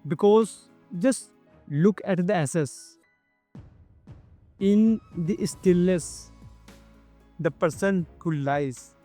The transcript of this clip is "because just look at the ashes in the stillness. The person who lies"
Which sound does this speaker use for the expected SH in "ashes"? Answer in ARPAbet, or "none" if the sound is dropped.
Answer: S